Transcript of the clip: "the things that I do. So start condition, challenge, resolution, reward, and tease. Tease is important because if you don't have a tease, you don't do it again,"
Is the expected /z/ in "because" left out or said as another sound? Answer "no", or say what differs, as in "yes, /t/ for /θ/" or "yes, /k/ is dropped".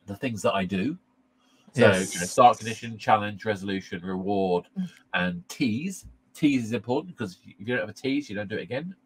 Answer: yes, /z/ is dropped